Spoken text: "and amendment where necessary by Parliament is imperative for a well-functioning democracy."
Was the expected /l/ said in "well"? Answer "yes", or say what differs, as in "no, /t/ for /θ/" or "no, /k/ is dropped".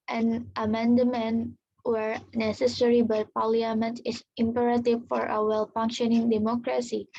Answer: yes